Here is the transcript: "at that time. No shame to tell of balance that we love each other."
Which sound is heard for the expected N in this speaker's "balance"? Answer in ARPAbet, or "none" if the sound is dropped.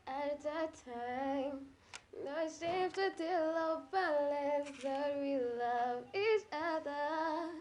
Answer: none